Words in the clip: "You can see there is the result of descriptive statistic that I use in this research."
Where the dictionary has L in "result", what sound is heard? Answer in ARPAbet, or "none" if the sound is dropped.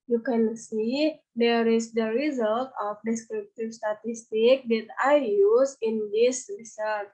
L